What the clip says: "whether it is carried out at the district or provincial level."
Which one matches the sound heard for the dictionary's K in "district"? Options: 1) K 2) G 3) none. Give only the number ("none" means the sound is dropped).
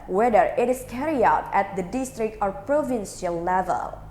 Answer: 1